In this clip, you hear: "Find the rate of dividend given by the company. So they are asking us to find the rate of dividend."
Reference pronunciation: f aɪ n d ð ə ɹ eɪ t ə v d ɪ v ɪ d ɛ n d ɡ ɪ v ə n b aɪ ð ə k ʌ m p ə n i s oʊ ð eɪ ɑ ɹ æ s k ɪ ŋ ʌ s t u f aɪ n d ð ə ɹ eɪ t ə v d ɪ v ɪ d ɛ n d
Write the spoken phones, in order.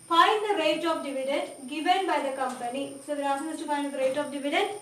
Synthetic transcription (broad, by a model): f aɪ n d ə ɹ eɪ t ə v d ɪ v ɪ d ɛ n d ɡ ɪ v ə n b aɪ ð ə k ʌ m p ə n i s oʊ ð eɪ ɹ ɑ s ɪ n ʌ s t u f aɪ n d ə ɹ eɪ t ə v d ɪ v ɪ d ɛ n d